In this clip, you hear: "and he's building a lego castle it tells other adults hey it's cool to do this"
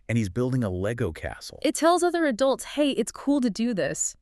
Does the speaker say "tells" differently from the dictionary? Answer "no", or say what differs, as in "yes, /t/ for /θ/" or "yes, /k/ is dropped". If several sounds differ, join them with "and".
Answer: no